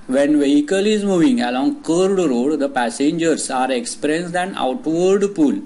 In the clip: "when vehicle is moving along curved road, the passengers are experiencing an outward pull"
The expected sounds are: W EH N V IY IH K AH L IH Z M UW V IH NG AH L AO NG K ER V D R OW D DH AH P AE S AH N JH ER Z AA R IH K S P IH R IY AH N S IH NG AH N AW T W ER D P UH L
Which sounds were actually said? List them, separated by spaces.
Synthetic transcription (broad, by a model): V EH N V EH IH K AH L IH Z M UW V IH NG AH L AO NG K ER D R OW D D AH P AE S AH N JH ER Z AA R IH K S P R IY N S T AH N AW T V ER D P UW L